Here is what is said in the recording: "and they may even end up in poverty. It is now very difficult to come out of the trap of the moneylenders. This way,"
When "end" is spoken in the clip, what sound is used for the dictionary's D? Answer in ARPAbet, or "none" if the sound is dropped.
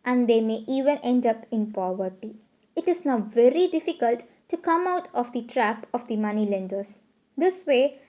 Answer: D